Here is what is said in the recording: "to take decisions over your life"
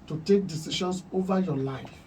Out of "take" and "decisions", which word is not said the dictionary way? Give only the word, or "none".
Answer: decisions